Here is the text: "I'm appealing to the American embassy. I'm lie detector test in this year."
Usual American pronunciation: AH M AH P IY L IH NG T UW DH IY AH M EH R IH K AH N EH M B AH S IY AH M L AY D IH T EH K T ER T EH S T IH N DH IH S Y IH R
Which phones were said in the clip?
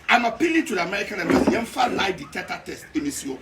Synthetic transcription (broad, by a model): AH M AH P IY L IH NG T UW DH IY AH M EH R IH K AH N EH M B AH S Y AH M L AY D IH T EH T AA T EH S T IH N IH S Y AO